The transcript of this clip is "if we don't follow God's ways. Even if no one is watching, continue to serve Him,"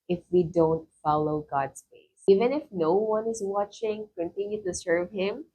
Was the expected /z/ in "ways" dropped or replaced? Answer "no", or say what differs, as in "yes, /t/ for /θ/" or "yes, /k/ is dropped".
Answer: yes, /s/ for /z/